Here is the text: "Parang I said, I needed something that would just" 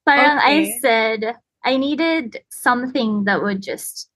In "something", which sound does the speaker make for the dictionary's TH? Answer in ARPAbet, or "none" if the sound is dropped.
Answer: TH